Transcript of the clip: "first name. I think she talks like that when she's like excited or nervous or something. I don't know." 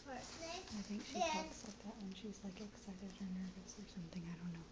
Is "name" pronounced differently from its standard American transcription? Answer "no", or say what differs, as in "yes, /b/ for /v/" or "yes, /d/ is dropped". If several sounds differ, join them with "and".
yes, /m/ is dropped